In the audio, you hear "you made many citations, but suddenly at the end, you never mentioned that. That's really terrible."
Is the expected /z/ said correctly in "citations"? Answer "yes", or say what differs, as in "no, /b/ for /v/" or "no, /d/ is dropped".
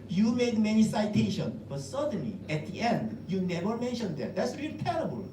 no, /z/ is dropped